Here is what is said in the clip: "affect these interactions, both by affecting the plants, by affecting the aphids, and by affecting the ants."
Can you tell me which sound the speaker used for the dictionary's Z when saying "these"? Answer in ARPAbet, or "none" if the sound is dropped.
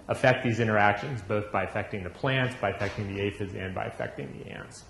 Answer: Z